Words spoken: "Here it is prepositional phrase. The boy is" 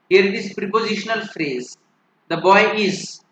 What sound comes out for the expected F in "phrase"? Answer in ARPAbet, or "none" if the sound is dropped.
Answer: F